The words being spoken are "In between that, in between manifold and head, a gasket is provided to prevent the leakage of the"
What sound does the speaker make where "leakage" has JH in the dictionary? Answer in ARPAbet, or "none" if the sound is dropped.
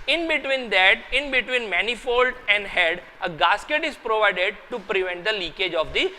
JH